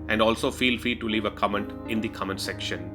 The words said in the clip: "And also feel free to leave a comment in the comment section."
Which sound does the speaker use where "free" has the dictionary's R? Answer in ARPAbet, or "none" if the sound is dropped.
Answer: none